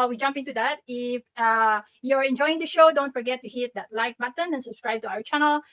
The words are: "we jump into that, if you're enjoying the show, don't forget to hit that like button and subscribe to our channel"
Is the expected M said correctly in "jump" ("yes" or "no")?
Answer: yes